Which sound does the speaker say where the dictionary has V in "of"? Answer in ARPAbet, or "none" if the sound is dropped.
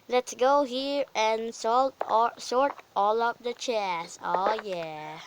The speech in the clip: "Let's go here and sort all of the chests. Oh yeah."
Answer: P